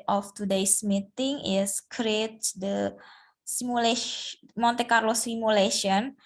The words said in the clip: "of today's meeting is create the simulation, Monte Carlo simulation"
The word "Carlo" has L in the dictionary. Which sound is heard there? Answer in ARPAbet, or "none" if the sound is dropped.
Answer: L